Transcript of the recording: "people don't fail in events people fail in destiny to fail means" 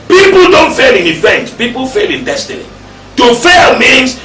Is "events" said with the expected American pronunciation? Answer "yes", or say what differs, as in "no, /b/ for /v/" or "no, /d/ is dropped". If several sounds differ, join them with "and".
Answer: no, /s/ is dropped